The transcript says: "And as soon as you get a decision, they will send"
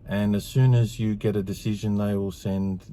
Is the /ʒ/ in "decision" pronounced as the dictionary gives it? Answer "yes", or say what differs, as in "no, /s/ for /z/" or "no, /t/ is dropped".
yes